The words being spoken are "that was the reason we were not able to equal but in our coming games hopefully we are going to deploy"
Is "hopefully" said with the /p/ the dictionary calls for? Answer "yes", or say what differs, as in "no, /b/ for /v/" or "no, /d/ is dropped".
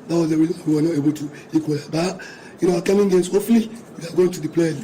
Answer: no, /p/ is dropped